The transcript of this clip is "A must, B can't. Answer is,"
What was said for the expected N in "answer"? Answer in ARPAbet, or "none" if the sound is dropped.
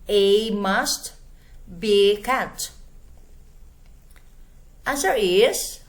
none